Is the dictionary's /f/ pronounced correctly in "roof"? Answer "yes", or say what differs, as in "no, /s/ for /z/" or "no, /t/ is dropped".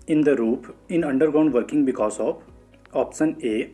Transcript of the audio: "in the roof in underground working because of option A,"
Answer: no, /p/ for /f/